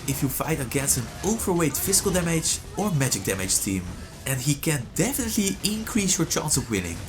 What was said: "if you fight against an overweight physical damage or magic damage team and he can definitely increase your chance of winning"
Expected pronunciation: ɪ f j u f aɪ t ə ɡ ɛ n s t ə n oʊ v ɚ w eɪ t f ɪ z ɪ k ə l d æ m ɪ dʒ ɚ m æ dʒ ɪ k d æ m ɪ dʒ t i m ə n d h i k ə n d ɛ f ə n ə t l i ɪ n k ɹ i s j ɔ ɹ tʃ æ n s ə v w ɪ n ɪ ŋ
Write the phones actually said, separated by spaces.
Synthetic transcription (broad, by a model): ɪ f j u f aɪ t ə ɡ ɛ n s t ə n oʊ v ɚ w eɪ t f ɪ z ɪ k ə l d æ m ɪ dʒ ɚ m æ dʒ ɪ k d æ m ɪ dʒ t i m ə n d h i k ə n d ɛ f ə n ə t l i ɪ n k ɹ i s j ɔ ɹ tʃ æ n s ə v w ɪ n ɪ ŋ